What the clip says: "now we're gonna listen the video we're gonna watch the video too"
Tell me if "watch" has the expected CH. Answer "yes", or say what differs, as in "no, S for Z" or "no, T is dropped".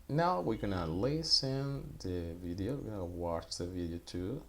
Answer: yes